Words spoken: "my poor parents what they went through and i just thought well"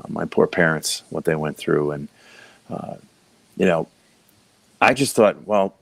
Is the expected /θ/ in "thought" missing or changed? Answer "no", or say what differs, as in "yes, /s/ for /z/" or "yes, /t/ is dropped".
no